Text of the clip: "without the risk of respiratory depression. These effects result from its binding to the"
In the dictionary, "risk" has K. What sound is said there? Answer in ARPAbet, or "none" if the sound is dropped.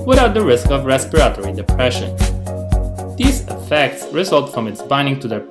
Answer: K